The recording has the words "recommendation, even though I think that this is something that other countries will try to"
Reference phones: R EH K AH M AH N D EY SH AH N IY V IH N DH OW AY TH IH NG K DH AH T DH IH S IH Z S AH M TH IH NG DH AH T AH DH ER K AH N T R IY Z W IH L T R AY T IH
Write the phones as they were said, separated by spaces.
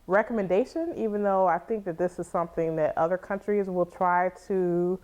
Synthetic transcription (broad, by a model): R EH K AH M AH N D EY SH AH N IY V IH N DH OW AY TH IH NG K DH AH T DH IH S IH Z S AH M TH IH NG DH AH T AH DH ER K AH N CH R IY Z W IH L T R AY T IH